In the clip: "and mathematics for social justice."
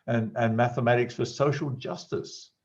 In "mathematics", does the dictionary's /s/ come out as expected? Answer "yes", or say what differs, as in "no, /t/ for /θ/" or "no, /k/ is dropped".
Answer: yes